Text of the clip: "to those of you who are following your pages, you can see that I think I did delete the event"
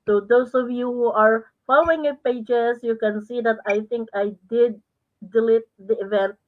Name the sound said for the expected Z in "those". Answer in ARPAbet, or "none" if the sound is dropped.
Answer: S